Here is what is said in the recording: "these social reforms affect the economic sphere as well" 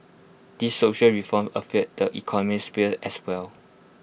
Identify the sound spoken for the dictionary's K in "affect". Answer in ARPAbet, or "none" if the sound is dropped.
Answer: none